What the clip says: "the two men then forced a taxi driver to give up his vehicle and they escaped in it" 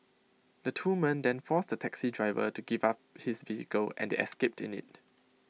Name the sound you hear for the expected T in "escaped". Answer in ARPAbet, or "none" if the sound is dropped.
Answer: T